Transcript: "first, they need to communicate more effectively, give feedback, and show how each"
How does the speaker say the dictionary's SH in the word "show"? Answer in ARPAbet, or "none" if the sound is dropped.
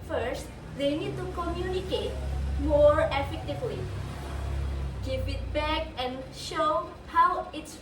SH